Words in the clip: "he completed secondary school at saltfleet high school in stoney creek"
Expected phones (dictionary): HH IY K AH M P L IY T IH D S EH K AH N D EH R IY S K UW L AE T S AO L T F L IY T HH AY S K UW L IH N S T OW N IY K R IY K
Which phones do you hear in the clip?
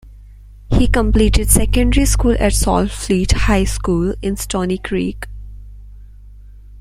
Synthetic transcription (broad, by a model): HH IY K AH M P L IY T IH D S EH K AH N D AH R IY S K UW L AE T S AO L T F L IY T HH AY S K UW L IH N S T OW N IY K R IY K